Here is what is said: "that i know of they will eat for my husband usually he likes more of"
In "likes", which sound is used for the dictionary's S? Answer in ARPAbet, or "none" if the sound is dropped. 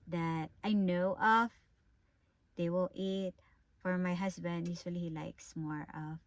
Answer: S